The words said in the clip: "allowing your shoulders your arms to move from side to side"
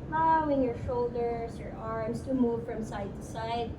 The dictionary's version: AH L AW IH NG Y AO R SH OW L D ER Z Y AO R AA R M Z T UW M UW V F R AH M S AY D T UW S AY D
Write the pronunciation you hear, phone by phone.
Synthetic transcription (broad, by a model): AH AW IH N Y AO R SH OW L D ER S Y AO R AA R M S T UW M UW V F R AH M S AY D T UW S AY D